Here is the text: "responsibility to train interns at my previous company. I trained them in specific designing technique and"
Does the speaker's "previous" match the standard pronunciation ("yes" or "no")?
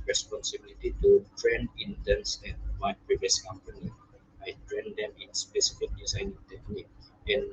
yes